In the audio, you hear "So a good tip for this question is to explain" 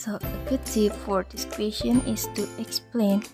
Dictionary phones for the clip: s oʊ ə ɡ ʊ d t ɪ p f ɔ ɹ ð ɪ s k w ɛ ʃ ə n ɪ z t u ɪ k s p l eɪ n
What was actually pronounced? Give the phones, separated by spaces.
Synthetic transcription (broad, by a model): s oʊ ə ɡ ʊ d s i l f ɔ ɹ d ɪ s k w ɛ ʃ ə n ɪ s t u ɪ k s p l eɪ n